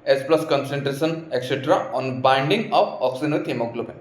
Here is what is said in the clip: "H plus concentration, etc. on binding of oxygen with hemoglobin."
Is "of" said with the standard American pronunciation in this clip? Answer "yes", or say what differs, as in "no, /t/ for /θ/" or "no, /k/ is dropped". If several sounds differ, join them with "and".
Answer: no, /p/ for /v/